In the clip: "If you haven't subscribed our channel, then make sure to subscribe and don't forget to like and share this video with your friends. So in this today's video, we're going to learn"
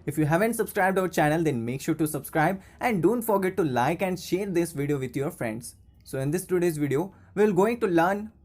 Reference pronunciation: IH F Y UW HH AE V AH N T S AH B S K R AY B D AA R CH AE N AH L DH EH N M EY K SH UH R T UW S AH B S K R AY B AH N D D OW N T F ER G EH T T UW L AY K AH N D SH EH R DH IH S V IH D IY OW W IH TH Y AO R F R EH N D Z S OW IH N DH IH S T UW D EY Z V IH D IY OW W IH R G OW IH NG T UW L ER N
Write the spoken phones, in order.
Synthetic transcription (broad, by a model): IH F Y UW HH AE V AH N T S AH B S K R AY B D AA R CH AE N AH L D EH N M EY K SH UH R T UW S AH B S K R AY B AH N D D OW N T F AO G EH T T UW L AY K AH N D SH EH R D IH S V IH D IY OW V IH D Y AO R F R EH N D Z S OW IH N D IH S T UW D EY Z V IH D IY OW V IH L G OW IH NG T UW L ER N